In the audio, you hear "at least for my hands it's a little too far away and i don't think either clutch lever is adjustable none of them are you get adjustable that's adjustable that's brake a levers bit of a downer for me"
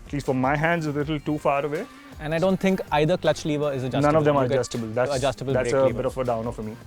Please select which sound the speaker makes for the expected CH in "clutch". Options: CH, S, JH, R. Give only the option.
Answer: CH